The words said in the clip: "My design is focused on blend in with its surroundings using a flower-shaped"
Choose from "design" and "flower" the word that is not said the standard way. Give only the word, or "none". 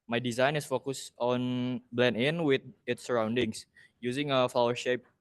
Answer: none